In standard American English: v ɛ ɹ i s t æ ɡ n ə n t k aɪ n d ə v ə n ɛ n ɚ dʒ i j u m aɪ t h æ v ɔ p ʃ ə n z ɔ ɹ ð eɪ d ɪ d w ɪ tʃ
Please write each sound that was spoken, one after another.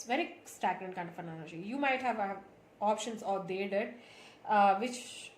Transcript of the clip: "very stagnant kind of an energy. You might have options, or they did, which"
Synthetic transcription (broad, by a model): v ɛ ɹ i s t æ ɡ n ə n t k aɪ n d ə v ə n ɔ l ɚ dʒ i j u m aɪ t h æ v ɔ p ʃ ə n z ɔ ɹ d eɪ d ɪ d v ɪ tʃ